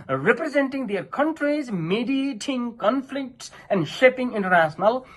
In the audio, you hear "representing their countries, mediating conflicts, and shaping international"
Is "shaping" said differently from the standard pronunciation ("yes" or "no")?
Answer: no